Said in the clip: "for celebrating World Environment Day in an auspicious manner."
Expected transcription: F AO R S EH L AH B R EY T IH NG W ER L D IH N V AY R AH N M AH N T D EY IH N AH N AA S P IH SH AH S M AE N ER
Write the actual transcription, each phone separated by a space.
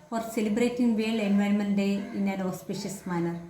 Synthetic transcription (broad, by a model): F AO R S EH L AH B R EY T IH NG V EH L IH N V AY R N M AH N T D EY IH N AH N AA S P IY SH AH S M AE N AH